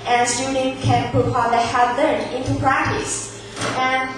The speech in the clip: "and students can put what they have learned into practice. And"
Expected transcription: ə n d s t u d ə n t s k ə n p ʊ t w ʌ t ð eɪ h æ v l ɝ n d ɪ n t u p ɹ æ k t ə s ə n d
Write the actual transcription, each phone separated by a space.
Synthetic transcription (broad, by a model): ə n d s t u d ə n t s k ə n p ʊ t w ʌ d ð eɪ h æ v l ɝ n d ɪ n t u p ɹ æ k t ə s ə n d